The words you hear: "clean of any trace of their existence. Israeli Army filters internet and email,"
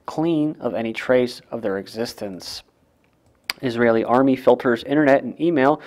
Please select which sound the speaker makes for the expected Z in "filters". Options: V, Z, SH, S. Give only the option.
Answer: Z